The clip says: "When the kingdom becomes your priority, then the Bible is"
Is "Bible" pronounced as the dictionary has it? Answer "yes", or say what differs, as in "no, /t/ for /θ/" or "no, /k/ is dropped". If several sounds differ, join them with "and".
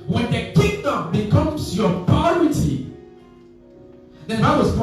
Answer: no, /w/ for /l/